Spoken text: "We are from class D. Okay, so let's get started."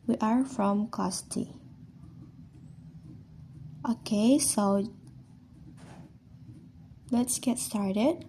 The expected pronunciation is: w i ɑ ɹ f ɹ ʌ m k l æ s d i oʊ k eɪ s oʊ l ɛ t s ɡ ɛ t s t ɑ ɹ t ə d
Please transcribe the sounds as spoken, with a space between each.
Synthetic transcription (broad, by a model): w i ɑ ɹ f ɹ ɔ m k ɔ s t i oʊ k eɪ s oʊ l ɛ t s ɡ ɛ t s t ɑ ɹ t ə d